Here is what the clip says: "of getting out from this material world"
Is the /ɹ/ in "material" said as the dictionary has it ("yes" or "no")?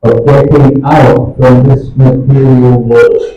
yes